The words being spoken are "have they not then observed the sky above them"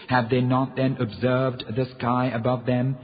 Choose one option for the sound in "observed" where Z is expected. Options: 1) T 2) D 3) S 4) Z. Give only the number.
4